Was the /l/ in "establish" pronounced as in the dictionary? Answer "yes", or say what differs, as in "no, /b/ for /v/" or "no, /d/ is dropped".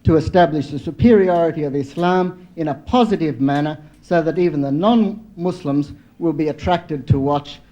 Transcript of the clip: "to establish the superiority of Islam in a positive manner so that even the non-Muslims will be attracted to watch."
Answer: yes